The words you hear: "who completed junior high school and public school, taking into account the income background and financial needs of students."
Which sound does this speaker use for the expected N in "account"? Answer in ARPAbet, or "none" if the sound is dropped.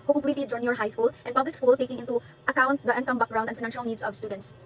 N